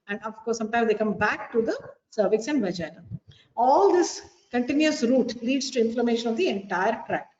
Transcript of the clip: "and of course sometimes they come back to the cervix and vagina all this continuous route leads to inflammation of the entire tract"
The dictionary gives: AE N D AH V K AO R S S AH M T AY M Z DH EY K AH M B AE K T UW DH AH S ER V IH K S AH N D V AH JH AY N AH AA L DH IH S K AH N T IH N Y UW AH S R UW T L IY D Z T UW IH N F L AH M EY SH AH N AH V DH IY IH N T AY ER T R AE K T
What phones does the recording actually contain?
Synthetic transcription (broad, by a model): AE N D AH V K AO R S S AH M T AY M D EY K AH M B AE K T UW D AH S ER V IH K S AH N D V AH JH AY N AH AA L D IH S K AH N T IH N Y UW AH S R UW T L IY D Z T UW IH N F L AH M EY SH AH N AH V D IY IH N T AY ER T R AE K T